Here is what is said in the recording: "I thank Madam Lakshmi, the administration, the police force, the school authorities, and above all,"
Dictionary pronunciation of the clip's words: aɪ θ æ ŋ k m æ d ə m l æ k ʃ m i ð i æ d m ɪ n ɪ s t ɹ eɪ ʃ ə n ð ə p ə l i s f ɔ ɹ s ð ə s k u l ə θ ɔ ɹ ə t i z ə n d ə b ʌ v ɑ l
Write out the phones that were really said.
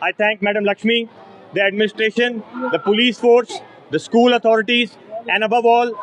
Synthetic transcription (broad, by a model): aɪ t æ ŋ k m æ d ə m l æ k ʃ m i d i æ d m ɪ n ɪ s t ɹ eɪ ʃ ə n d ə p ə l i s f ɔ ɹ s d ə s k u l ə t ɔ ɹ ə t i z ə n d ə b ʌ v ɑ l